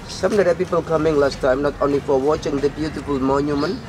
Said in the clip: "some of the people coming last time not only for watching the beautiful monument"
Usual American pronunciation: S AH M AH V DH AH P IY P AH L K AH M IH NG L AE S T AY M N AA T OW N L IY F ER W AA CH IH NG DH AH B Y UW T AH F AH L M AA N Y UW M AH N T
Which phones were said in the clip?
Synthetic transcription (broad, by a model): S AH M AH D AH P IY P AH L K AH M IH NG L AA S T AY M N AA T OW N L IY F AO W AA CH IH NG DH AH B Y UW T AH F AH L M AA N Y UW M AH N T